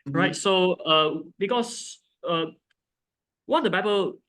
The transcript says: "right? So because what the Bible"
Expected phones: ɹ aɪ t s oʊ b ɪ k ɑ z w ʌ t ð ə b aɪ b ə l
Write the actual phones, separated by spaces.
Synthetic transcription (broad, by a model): ɹ aɪ t s oʊ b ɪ k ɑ s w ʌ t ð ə b aɪ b ə l